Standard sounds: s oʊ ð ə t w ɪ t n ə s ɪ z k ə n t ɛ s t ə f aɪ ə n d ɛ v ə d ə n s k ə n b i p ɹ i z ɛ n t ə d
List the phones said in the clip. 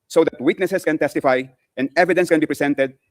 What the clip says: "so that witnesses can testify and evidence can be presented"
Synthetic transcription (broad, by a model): s oʊ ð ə t w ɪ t n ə s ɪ s k ə n t ɛ s t ə f aɪ ə n d ɛ v ə d ə n s k ə n b i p ɹ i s ɛ n t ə d